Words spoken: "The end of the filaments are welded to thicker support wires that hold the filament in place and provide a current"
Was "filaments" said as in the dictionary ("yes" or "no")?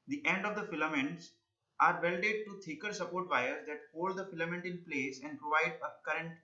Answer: yes